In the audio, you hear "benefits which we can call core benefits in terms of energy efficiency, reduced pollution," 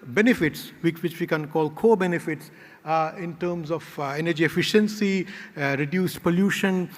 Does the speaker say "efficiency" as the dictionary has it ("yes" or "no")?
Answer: yes